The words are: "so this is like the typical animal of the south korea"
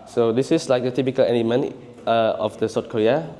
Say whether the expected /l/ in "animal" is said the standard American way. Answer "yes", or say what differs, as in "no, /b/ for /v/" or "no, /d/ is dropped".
no, /n/ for /l/